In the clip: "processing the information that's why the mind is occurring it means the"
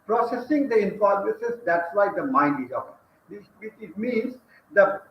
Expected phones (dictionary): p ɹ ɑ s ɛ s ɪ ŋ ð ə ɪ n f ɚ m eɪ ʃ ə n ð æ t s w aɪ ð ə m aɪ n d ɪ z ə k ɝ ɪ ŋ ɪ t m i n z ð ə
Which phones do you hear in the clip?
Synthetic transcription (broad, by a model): p ɹ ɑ s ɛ s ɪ ŋ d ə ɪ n p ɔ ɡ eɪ s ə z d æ t s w aɪ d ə m aɪ n d ɪ z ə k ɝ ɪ ɪ t m i n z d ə